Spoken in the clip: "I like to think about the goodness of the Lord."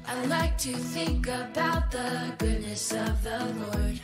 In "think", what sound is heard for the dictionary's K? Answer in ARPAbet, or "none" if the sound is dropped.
K